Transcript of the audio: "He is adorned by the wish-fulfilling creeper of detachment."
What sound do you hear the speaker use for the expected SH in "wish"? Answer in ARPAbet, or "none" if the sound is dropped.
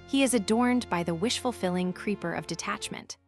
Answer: SH